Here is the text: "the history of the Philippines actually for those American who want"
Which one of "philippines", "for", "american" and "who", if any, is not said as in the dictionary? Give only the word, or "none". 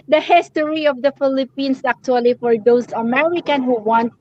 philippines